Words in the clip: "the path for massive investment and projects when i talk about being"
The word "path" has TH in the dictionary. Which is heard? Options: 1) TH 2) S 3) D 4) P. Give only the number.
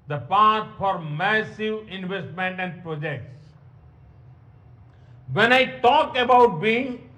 2